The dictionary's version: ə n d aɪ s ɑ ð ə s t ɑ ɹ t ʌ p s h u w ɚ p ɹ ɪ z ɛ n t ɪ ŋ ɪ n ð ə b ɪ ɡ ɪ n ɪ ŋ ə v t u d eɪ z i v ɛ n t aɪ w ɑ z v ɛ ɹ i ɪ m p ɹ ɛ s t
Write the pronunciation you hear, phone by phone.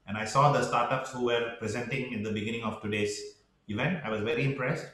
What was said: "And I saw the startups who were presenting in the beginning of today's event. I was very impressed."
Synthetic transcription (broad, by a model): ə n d aɪ s ɑ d ə s t ɑ ɹ t ʌ p s h u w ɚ p ɹ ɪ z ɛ n t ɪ ŋ ɪ n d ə b ɪ ɡ ɪ n ɪ ŋ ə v t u d eɪ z i v ɛ n t aɪ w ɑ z v ɛ ɹ i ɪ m p ɹ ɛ s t